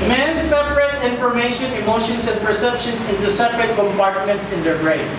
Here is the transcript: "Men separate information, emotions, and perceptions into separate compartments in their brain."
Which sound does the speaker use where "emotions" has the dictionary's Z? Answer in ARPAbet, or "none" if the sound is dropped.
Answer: S